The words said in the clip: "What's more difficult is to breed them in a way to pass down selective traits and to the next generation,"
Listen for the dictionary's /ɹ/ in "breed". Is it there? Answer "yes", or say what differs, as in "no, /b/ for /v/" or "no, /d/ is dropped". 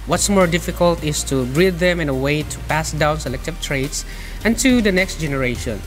yes